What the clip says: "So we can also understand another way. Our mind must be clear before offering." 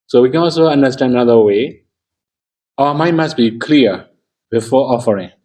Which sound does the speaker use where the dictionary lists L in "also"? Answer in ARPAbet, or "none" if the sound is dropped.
L